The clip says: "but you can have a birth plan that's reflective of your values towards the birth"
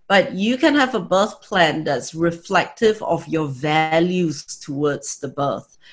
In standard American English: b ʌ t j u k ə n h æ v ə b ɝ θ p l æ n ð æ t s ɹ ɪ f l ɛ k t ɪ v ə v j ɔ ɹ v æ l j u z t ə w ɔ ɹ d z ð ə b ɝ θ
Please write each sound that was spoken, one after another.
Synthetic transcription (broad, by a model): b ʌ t j u k ə n h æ v ə b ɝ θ p l æ n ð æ t s ɹ ɪ f l ɛ k t ɪ v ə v j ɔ v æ l j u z t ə w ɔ d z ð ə b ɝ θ